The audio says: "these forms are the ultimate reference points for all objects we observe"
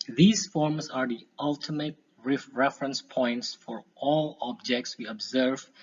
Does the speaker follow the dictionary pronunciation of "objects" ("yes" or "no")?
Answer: yes